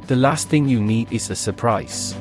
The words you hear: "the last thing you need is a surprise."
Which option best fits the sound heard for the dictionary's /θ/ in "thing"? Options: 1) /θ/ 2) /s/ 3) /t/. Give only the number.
1